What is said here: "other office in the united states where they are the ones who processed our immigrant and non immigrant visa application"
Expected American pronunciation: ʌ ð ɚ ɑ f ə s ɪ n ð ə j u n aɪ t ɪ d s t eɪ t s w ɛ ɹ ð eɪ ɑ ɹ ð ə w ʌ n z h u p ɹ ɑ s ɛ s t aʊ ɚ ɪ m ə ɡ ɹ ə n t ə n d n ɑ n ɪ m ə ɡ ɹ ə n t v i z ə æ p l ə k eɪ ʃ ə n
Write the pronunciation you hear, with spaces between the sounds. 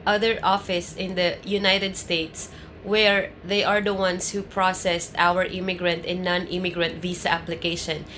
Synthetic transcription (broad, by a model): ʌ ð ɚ ɑ f ə s ɪ n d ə j u n aɪ t ɪ d s t eɪ t s w ɛ ɹ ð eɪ ɑ ɹ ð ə w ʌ n s h u p ɹ ɑ s ɛ s t aʊ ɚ ɪ m ə ɡ ɹ ə n t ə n n ɑ n ɪ m ə ɡ ɹ ə n t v i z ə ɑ p l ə k eɪ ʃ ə n